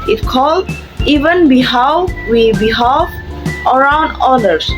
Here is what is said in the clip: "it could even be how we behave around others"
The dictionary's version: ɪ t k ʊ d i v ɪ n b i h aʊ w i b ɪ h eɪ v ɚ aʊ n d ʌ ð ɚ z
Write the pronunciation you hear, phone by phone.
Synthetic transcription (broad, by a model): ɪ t k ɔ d i v ɪ n b i h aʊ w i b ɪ h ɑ f ɚ aʊ n d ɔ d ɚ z